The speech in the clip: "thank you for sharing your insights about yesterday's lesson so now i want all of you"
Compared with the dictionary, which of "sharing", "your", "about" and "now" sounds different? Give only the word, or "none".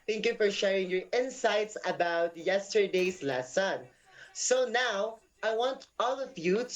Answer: none